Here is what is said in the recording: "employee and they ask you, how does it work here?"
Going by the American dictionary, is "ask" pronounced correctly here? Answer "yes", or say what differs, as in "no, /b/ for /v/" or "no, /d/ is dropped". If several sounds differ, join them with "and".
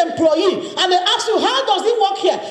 no, /s/ is dropped